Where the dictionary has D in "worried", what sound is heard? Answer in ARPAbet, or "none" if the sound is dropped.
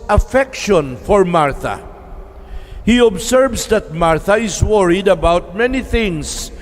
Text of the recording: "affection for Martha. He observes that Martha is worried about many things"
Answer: D